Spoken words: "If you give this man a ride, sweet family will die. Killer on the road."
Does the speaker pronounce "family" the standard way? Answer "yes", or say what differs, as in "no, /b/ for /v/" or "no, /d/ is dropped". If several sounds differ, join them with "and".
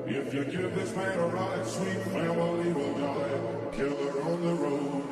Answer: no, /m/ is dropped